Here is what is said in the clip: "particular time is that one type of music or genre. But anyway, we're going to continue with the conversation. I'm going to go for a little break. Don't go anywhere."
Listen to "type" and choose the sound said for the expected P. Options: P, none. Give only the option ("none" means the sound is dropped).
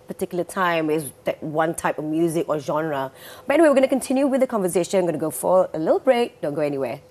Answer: P